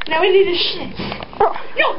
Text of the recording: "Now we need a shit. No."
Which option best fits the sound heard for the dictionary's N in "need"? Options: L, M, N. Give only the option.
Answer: L